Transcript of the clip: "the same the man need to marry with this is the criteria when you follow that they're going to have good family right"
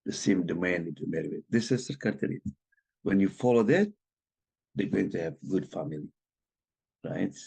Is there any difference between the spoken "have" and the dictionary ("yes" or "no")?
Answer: no